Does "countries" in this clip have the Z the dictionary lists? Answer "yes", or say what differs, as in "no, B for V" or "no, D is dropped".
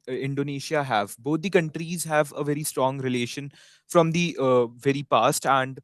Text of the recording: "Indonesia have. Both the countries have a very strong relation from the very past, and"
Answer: yes